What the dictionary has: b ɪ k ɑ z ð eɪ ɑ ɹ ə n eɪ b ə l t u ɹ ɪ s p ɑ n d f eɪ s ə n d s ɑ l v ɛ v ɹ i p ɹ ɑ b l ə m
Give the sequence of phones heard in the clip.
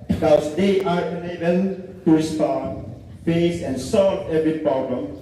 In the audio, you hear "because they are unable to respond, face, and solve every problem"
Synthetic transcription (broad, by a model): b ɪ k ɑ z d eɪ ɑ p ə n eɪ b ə n t u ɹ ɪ s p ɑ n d f eɪ s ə n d s ɑ l v ɛ v ɹ i p ɹ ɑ b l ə m